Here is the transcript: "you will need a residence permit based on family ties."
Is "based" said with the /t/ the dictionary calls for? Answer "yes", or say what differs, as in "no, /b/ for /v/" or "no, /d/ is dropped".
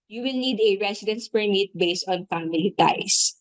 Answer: yes